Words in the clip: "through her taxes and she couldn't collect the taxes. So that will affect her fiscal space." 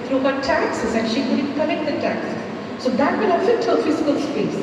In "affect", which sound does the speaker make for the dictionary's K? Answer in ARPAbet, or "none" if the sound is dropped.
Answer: none